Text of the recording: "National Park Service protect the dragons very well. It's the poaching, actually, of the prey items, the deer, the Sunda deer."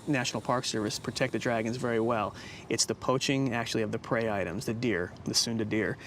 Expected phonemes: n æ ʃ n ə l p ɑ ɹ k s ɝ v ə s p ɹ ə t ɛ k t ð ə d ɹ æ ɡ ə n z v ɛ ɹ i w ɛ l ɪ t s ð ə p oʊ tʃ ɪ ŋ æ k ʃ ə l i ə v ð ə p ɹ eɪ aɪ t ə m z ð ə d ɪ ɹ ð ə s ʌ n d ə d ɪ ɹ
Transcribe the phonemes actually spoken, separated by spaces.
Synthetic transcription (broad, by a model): n æ ʃ n l p ɑ ɹ k s ɝ v ə s p ɹ ə t ɛ k t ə d ɹ æ ɡ ə n z v ɛ ɹ i w ɛ l ɪ t s ð ə p oʊ tʃ ɪ ŋ æ k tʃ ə l i ə v ð ə p ɹ eɪ aɪ t ə m z ð ə d ɪ ɹ ð ə s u n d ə d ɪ ɹ